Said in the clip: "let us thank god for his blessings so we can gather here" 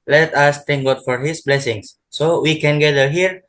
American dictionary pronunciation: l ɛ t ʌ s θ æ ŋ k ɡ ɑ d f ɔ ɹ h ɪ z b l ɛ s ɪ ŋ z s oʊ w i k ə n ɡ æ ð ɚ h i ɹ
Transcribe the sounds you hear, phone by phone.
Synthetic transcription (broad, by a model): l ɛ t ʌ s t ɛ ŋ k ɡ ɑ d f ɔ ɹ h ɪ s b l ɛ s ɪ ŋ s oʊ w i k ə n ɡ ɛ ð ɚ h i ɹ